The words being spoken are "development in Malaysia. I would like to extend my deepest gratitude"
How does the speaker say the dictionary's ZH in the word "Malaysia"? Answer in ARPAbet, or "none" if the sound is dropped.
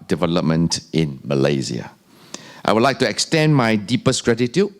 Z